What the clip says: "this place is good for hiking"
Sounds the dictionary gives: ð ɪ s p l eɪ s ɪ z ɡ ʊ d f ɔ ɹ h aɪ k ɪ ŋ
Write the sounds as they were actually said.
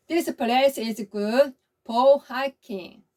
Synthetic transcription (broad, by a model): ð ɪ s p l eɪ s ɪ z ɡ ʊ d p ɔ l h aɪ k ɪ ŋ